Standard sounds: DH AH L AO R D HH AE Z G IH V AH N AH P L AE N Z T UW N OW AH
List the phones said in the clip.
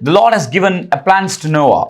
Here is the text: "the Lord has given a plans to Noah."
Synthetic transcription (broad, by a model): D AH L AO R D HH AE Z G IH V AH N AH P L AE N S T UW N OW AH